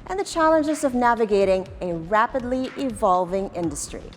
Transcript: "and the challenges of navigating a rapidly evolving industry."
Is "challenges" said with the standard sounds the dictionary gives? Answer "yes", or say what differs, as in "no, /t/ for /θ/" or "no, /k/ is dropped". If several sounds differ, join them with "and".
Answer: yes